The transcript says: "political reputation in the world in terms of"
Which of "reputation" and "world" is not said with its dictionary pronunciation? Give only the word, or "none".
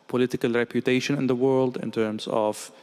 none